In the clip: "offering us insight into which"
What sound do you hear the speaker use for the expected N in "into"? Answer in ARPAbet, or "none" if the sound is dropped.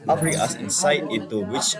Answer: none